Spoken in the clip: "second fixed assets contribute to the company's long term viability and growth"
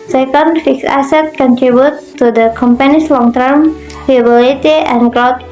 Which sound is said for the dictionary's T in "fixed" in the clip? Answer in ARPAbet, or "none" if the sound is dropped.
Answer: none